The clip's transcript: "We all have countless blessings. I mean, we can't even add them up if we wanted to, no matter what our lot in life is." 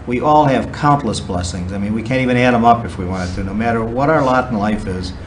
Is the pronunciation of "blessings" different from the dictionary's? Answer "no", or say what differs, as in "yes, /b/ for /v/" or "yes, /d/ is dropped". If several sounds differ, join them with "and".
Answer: no